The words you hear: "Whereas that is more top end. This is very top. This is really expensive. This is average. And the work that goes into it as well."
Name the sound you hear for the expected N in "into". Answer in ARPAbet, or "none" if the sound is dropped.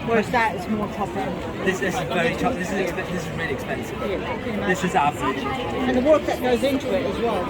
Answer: N